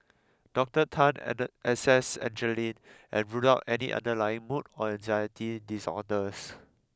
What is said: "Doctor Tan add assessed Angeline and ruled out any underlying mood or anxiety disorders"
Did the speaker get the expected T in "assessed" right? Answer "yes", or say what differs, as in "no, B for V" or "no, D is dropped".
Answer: no, T is dropped